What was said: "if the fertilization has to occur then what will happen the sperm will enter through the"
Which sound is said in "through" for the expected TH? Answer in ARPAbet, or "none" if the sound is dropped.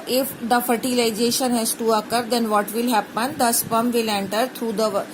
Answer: T